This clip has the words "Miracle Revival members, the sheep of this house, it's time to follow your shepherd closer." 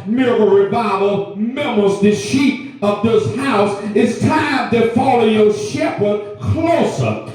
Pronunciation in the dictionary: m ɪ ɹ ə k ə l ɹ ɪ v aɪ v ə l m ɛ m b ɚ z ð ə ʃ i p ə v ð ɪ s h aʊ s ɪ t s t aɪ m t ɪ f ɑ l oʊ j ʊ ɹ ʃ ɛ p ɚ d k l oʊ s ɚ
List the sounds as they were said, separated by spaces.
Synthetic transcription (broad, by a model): m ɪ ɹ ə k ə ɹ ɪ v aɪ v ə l m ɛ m ɚ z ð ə ʃ i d ə v ð ɪ s h aʊ s ɪ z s t aɪ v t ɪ f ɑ l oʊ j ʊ ʃ ɛ p ɚ d k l oʊ s ɚ